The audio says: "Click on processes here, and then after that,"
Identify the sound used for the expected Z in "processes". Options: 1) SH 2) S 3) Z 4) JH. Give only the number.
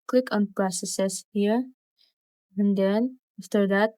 2